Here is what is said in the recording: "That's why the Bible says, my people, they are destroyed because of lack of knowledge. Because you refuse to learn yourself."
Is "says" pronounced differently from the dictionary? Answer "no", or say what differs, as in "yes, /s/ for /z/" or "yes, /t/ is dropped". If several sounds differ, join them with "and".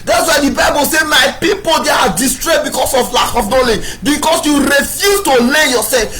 yes, /z/ is dropped